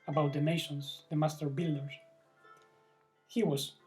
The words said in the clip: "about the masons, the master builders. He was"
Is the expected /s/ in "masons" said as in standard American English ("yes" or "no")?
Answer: no